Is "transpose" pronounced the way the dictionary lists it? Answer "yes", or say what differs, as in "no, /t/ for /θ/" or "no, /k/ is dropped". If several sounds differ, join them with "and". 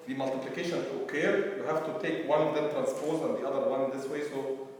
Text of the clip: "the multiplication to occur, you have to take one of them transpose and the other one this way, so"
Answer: yes